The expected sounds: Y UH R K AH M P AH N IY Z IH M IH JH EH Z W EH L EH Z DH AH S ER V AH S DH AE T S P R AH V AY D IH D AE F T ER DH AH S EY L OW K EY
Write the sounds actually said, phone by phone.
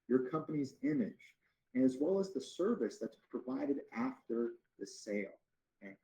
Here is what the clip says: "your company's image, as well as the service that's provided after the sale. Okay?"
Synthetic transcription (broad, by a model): Y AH R K AH M P AH N IY Z IH M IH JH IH Z W EH L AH Z DH AH S ER V AH S DH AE T S P R AH V AY D IH D AE F T ER DH AH S EY L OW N